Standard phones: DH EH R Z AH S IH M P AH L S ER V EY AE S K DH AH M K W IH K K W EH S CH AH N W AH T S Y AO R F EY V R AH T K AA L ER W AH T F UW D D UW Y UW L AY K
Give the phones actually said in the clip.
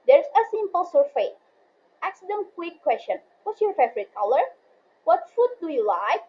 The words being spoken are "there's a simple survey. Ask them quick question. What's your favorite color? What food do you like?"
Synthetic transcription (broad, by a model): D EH R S AH S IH M P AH L S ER F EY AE S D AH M K W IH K K W EH S CH AH N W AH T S Y AO R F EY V R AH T K AA L ER W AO T F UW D D UW Y UW L AY K